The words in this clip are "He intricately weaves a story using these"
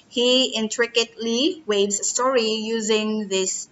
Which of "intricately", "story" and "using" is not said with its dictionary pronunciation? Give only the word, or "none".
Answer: none